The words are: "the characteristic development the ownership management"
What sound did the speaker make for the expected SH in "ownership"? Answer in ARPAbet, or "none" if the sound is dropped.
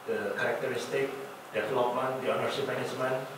S